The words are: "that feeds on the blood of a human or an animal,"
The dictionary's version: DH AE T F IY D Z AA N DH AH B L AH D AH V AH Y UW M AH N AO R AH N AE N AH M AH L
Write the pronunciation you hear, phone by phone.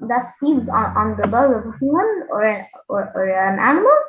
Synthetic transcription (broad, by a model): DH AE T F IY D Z AA N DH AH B AH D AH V AH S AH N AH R AO R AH N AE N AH M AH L